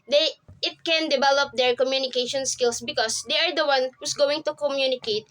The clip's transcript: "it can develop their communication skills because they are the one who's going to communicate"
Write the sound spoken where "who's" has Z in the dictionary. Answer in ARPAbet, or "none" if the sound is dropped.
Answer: S